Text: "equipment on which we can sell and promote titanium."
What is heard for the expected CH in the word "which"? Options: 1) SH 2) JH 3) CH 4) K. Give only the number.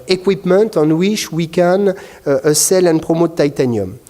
1